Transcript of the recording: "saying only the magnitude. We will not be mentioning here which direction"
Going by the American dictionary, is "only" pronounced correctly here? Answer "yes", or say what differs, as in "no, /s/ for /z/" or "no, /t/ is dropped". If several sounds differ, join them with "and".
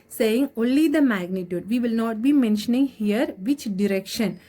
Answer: yes